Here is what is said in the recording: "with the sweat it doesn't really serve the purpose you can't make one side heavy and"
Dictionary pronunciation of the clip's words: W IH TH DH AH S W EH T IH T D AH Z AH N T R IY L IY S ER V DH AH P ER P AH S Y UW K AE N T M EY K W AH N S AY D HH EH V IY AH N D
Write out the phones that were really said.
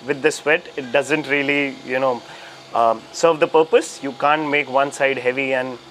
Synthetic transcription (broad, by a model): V IH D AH S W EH T IH T D AH Z AH N T R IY L IY S ER V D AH P ER P AH S Y UW K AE N T M EY K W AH N S AY D HH EH V IY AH N D